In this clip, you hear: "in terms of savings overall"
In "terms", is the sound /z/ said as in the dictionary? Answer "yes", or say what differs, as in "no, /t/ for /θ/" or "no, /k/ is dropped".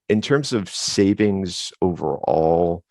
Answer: yes